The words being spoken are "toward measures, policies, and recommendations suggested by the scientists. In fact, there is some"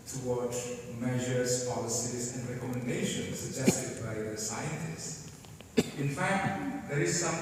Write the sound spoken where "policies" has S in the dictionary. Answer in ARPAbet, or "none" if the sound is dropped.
S